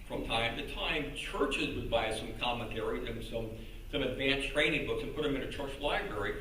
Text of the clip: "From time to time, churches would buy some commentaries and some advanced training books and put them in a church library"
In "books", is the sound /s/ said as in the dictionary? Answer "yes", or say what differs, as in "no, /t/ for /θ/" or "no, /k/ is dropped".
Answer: yes